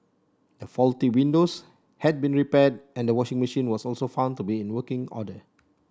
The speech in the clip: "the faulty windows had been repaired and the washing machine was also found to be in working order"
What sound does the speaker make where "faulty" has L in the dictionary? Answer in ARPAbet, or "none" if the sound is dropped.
L